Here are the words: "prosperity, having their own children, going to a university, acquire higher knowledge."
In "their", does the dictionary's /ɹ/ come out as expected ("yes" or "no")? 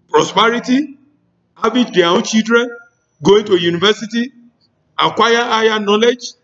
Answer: no